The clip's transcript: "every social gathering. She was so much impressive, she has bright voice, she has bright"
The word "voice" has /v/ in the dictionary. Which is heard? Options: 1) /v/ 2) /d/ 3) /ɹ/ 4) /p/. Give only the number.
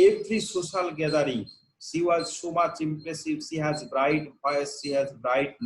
4